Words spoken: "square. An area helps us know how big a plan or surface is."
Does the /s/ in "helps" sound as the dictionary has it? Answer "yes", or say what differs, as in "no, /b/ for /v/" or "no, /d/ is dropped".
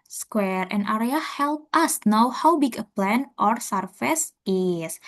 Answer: no, /s/ is dropped